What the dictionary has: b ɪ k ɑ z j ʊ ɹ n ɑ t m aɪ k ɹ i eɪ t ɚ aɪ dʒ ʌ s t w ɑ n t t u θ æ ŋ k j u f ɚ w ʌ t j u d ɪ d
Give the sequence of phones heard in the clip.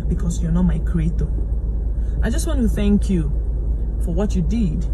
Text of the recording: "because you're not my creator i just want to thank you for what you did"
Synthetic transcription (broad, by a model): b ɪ k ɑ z j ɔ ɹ n ɑ t m aɪ k ɹ i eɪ t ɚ aɪ dʒ ʌ s t w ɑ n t t u θ æ ŋ k j u f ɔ w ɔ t j u d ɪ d